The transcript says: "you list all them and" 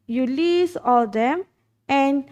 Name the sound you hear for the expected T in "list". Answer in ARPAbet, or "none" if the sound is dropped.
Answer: none